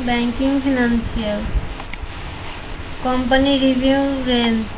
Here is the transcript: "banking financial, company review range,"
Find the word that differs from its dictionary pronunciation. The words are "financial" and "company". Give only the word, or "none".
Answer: financial